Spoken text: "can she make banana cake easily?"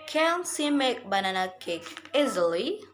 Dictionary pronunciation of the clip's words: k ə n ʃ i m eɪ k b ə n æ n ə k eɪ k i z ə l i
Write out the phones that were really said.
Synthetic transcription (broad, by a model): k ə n s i m eɪ k b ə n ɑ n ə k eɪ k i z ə l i